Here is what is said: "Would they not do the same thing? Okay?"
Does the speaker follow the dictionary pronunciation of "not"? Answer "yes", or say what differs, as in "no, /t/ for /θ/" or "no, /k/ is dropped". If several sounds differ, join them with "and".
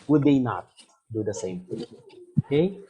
yes